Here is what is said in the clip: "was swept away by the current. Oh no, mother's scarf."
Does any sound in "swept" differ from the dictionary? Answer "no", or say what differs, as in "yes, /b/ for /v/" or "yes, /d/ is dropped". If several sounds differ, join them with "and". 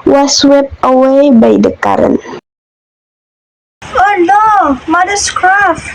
yes, /t/ is dropped